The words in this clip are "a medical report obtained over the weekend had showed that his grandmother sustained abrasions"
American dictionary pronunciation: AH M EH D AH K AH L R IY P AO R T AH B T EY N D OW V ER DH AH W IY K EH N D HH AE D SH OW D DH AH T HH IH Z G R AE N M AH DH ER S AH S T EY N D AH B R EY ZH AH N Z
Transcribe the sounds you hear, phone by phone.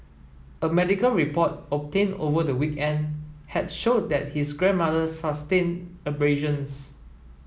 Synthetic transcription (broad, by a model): AH M EH D AH K AH L R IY P AO T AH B T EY N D OW V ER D AH W IY K EH N D HH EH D SH OW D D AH T HH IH S G R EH N M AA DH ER S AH S T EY N AH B R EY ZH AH N S